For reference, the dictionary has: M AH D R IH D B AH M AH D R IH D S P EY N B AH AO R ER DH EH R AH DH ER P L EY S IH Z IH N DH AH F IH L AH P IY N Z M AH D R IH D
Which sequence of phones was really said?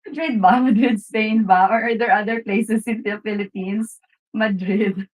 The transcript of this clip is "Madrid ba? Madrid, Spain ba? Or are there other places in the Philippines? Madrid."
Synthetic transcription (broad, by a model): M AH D R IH D B AH M AH D R IH D S P EY N B AH AO R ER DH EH R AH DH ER P L EY S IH S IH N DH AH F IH L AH P IY N S M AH D R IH D